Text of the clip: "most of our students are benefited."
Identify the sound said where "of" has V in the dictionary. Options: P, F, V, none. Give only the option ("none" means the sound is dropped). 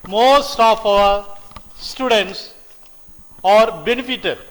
P